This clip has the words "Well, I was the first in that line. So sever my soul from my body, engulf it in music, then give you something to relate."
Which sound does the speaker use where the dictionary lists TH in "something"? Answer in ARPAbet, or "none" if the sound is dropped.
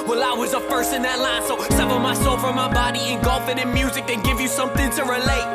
TH